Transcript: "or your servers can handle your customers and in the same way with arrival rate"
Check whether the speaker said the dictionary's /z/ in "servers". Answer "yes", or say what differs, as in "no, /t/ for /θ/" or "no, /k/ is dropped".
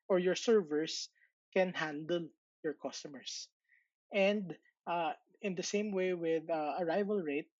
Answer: no, /s/ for /z/